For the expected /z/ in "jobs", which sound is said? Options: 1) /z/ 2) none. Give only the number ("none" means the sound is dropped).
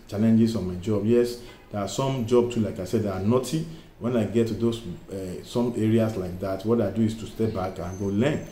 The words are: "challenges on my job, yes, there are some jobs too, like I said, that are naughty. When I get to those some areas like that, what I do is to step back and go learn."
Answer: 2